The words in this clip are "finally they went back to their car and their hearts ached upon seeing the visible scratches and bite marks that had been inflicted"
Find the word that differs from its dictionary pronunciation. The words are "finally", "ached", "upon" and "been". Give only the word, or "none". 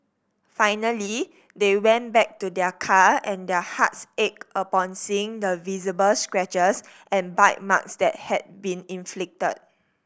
ached